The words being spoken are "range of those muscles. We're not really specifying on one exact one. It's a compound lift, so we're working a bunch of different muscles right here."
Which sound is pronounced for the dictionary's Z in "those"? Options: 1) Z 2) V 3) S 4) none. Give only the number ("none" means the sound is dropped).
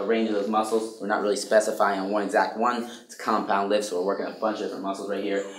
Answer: 1